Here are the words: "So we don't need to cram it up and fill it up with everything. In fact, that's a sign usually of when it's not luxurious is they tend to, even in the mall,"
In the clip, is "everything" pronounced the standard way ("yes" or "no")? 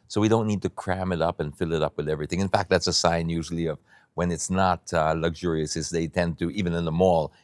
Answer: yes